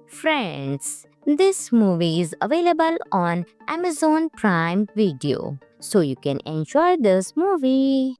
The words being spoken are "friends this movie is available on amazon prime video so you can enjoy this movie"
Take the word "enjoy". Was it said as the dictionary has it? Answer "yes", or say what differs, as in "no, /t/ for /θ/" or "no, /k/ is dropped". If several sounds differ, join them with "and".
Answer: no, /ʃ/ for /dʒ/